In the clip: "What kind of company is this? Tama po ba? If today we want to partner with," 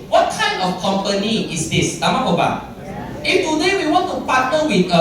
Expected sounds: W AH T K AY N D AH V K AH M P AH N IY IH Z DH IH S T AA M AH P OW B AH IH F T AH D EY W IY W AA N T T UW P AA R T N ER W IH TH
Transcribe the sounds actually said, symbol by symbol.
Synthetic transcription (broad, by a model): W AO T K AY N AH F K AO M P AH N IY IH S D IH S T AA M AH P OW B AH IH F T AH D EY W IY W AA N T T UW P AA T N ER W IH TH